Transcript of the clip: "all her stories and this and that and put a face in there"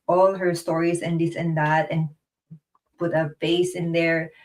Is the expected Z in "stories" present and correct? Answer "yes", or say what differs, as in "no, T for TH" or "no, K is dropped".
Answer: no, S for Z